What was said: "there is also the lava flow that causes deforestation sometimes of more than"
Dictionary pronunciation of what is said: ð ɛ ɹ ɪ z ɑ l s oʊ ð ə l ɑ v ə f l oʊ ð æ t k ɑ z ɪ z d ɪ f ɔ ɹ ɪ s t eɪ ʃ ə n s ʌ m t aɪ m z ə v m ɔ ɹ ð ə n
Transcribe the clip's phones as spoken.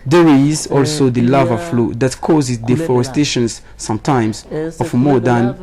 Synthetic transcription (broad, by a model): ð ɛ ɹ ɪ z ɑ l s oʊ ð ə l ɑ v ə f l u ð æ t k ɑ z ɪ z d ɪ f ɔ ɹ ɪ s t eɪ ʃ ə n s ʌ m t aɪ m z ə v m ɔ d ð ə n